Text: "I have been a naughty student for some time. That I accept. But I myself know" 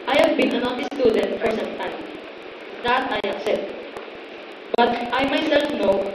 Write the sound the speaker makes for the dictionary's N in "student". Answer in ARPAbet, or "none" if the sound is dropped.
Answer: N